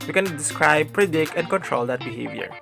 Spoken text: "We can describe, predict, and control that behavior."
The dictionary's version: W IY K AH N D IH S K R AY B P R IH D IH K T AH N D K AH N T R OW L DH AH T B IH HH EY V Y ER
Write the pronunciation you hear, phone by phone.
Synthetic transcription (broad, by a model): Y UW K AH N D IH S K R AY B P R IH D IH K AH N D K AH N T R OW L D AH T B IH HH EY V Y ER